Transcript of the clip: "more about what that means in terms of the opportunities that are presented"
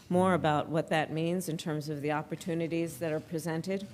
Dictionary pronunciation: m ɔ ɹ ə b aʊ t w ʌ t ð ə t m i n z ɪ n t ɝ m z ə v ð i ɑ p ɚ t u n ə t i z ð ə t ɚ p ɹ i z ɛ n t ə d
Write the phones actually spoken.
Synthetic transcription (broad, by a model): m ɔ ɹ ə b aʊ t w ʌ t ð ə t m i n z ɪ n t ɝ m z ə v ð i ɑ p ɚ t u n ə t i z ð ə t ɚ p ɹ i z ɛ n t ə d